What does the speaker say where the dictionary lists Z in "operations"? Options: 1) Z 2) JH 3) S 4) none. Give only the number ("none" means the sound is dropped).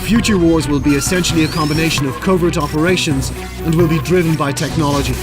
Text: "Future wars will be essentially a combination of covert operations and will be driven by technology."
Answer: 1